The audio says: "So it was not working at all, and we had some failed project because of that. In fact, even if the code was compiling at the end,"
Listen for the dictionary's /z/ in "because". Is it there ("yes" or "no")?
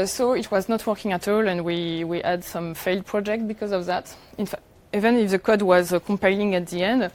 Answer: yes